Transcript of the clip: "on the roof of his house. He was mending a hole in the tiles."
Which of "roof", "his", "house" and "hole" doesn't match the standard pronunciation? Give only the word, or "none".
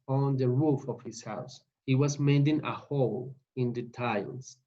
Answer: his